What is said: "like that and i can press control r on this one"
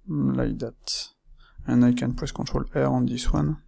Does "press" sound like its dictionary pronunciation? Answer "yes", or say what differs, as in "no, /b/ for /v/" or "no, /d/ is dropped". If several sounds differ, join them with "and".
no, /w/ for /ɹ/